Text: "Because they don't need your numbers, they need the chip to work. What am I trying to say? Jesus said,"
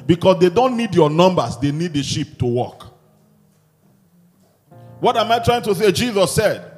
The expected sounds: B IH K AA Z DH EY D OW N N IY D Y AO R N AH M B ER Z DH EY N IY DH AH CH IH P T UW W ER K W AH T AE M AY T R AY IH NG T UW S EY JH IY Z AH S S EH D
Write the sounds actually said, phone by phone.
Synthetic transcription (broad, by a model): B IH K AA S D EY D OW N N IY D Y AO N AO M B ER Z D EY N IY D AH SH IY P T UW W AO K W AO T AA M AY T R AY IH NG T UW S EY JH IY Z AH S S EH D